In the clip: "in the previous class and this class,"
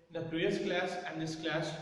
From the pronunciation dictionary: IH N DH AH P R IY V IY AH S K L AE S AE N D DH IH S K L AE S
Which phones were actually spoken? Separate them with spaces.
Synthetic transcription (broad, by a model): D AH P R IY IY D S K L AE S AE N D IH S K L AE S